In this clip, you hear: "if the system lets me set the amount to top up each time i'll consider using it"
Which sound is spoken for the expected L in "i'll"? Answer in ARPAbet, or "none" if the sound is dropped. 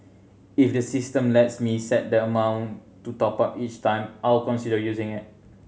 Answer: L